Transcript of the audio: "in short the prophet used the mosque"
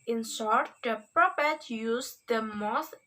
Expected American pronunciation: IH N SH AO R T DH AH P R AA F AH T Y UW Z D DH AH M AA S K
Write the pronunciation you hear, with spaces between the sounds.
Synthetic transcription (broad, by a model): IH N S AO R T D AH P R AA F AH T Y UW S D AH M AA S